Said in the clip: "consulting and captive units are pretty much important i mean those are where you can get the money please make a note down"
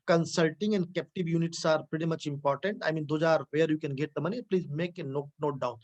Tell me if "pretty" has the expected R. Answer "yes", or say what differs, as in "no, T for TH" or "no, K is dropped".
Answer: yes